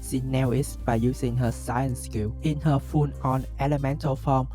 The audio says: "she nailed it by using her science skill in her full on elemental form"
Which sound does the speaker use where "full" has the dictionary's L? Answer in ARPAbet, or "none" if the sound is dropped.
N